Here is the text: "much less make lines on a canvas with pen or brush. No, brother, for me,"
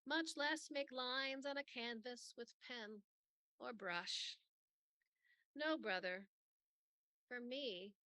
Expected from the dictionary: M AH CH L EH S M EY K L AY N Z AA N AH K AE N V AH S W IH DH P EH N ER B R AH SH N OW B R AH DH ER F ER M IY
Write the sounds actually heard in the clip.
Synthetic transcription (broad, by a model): M AH CH L EH S M EY K L AY N Z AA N AH K AE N V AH S W IH DH P EH N ER B R AH SH N OW B R AH DH ER F ER M IY